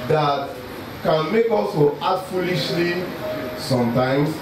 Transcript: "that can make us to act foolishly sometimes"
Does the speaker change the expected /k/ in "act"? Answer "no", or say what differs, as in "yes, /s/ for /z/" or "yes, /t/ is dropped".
yes, /k/ is dropped